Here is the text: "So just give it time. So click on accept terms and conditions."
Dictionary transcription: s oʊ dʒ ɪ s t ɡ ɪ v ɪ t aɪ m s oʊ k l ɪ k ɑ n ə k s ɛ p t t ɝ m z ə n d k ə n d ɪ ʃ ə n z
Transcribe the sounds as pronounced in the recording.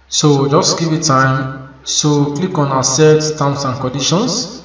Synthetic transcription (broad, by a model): s oʊ dʒ ɪ s t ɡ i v ɪ t aɪ m s oʊ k l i k ɑ n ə s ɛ t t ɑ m s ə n k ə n d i ʃ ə n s